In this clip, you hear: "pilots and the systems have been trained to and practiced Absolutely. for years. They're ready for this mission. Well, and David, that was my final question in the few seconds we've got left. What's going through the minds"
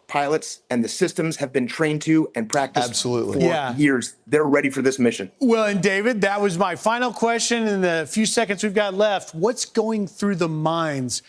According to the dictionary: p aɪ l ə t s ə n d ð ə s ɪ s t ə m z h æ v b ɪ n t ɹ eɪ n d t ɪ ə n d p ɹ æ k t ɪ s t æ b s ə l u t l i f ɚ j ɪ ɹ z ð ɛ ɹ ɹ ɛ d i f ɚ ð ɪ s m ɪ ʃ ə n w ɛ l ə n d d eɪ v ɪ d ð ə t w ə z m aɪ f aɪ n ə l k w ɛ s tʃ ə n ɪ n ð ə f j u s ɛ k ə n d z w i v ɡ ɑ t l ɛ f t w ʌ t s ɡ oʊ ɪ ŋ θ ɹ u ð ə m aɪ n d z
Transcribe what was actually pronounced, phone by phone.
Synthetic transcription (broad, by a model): p aɪ l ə t s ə n ð ə s ɪ s t ə m z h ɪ v b ɪ n t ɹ eɪ n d t ɪ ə n p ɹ æ k t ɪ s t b s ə l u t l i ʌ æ j ɪ ɹ z ð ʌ ɹ ɹ ɛ d i f ɚ ð ɪ s m ɪ ʃ ə n w ɛ l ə n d d eɪ v ɪ d ð ə t w ə z m aɪ f aɪ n l k w ɛ s tʃ ə n ɪ n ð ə f j u s ɛ k ə n d z w i v ɡ ɑ t l ɛ f t w ʌ t s ɡ oʊ ɪ ŋ θ ɹ u ð ə m aɪ n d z